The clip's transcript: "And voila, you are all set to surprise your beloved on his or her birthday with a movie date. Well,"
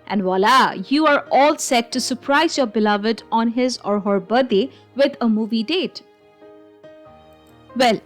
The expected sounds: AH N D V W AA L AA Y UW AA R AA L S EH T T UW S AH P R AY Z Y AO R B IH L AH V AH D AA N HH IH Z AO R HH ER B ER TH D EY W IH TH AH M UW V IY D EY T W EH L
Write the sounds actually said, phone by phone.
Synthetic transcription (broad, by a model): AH N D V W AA L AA Y UW AA R AA L S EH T T UW S AH P R AY Z Y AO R B IH L AH V AH D AA N HH IH Z AO R HH ER B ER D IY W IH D AH M UW V IY D EY T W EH L